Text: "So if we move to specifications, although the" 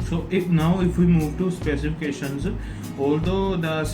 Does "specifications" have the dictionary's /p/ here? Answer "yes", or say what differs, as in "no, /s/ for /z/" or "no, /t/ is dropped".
yes